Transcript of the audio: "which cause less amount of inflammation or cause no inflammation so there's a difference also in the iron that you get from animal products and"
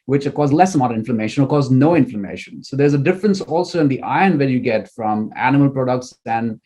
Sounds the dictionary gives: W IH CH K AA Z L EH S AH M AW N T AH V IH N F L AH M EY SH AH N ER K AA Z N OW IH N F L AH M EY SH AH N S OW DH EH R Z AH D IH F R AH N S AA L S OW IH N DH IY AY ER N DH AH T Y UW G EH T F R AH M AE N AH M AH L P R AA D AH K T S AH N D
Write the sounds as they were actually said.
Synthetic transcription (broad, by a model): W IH CH K AA Z L EH S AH M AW T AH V IH N F L AH M EY SH AH N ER K AA Z N OW IH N F L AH M EY SH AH N S OW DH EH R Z AH D IH F R AH N S AA L S OW IH N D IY AY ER N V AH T Y UW G EH T F R AH M AE N AH M AH L P R AA D AH K T S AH N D